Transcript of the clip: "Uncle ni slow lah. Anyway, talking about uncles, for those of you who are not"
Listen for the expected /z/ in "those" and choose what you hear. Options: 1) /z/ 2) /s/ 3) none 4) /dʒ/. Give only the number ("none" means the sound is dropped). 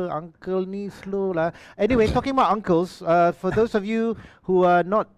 2